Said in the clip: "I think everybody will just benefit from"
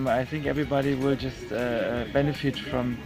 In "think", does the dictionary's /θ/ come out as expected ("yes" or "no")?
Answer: yes